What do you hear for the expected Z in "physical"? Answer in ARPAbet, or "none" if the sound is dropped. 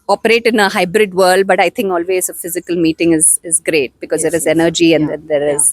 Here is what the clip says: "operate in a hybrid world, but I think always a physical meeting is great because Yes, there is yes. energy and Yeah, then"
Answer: Z